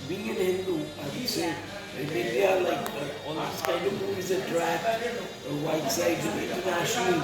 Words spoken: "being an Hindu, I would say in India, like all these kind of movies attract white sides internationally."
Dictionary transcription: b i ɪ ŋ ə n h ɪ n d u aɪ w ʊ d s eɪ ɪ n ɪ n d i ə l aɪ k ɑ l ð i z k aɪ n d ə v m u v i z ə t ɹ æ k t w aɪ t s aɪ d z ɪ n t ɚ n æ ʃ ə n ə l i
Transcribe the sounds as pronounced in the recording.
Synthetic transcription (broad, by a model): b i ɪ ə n h ɪ n d u aɪ s eɪ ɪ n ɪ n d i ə l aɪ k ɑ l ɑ s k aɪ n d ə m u i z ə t ɹ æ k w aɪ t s aɪ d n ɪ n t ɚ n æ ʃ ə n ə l